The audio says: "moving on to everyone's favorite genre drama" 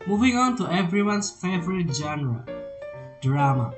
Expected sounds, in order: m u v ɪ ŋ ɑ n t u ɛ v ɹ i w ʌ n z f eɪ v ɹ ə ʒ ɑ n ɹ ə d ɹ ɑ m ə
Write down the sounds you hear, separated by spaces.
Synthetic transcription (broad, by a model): m u v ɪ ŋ ɑ n t u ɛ v ɹ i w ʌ n s f eɪ v ɹ ə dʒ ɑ n ɹ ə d ɹ ɑ m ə